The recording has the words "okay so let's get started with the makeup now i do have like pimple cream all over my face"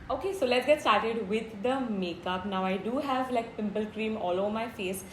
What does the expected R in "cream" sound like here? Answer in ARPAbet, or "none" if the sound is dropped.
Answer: R